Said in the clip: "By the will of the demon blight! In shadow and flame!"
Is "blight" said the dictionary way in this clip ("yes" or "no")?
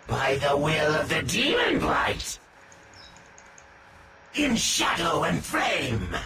yes